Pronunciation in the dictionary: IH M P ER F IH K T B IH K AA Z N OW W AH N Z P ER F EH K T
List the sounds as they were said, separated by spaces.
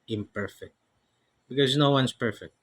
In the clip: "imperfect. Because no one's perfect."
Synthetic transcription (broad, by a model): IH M P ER F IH K T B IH K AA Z N OW W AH N S P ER F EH K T